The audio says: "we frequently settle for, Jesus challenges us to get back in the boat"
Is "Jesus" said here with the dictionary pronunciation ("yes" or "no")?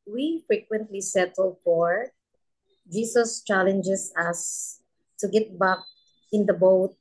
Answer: no